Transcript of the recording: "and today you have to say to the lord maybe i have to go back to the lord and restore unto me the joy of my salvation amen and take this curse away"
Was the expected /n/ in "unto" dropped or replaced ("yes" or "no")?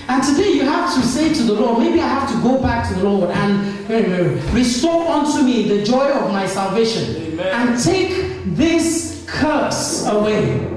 no